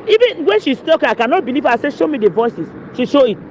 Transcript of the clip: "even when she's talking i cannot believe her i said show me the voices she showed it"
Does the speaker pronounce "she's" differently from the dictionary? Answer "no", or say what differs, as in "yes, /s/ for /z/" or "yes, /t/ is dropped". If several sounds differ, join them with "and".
yes, /s/ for /z/